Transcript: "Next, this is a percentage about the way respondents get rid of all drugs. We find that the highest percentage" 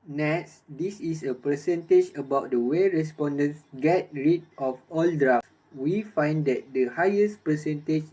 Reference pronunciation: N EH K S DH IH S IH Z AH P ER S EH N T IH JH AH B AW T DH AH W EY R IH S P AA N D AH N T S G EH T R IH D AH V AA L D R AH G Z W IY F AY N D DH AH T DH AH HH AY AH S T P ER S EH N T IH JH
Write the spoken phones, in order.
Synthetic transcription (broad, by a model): N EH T S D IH S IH S AH P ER S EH N T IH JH AH B AW T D AH W EY R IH S P AA N D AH N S G EH T R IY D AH F AA L D R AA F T W IY F AY N D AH T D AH HH AY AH S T P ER S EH N T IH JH